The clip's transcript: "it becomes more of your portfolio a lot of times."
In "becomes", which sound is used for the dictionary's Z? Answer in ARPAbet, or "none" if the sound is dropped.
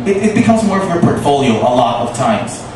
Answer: Z